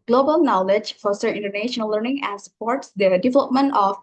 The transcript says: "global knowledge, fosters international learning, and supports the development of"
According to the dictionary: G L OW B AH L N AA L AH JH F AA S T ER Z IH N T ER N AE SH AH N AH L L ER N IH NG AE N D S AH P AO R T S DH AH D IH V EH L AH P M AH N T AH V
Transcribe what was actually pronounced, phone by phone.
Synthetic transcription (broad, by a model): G L OW B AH L N AA L AH JH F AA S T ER IH N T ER N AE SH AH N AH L L ER N IH NG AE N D S AH P AO R T S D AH D IH V EH L AH P M AH N T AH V